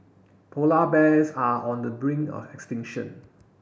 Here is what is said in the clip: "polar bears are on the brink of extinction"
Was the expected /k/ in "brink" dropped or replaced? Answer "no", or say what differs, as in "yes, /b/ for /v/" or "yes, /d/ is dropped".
yes, /k/ is dropped